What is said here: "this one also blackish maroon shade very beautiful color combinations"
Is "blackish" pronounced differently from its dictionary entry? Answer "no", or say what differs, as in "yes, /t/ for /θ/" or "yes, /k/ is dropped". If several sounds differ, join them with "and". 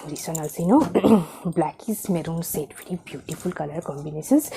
yes, /s/ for /ʃ/